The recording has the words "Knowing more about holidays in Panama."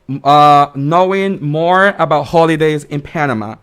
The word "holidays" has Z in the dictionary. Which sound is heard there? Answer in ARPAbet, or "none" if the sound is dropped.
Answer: Z